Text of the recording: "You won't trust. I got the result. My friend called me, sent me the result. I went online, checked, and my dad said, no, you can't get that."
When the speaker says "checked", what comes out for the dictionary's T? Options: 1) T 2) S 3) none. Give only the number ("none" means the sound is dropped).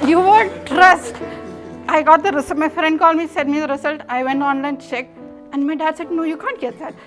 3